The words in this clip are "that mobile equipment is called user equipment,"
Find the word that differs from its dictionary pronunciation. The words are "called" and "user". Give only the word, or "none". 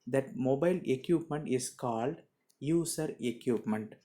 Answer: user